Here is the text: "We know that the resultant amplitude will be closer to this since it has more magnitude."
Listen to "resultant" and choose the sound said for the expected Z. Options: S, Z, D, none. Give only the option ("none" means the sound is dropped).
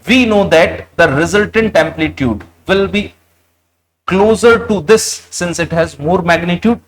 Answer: Z